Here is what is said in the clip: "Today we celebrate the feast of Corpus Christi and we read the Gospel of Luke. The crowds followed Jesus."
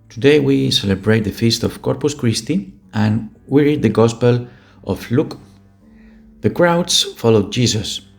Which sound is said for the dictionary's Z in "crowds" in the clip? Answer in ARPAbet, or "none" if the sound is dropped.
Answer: S